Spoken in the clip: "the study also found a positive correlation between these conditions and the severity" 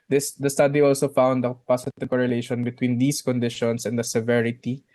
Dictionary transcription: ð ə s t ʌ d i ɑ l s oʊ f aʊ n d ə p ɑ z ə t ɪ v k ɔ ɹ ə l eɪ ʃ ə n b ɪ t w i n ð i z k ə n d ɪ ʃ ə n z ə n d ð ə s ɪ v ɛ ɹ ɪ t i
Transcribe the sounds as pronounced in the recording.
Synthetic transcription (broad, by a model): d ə s t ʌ d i ɑ l s oʊ f aʊ n d ə p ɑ s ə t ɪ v k ɔ ɹ ə l eɪ ʃ ə n b ɪ t w i n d i s k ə n d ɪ ʃ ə n s ə n d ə s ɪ v ɛ ɹ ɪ t i